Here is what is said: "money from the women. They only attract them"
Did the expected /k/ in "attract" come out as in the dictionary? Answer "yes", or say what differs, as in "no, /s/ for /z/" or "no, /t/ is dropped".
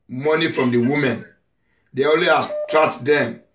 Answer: no, /k/ is dropped